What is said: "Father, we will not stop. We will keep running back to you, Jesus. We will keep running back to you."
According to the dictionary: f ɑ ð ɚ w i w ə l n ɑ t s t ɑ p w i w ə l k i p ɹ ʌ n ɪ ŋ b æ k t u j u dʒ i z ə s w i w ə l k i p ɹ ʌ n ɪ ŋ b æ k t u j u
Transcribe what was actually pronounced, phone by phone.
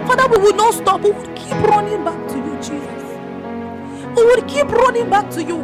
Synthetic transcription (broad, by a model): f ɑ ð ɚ w i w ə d n ɑ t s t ɑ p w i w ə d k i p ɹ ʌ n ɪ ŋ b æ k t u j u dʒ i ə w i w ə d k i p ɹ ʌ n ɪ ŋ b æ k t u j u